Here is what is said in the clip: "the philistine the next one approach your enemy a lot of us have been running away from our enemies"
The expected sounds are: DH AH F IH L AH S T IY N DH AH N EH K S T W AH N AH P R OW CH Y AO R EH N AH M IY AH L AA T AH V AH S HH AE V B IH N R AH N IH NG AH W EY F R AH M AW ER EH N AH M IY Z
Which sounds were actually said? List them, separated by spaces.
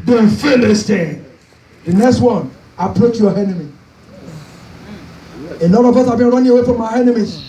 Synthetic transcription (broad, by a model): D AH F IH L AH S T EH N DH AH N EH K S T W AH N AH P R OW CH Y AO EH N AH M IY AH N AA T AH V AH S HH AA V B IH N R AH N IH NG AH W EY F R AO M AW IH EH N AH M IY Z